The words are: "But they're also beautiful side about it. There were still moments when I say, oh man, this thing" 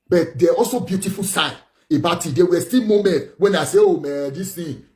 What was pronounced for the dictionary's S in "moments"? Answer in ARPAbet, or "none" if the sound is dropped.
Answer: none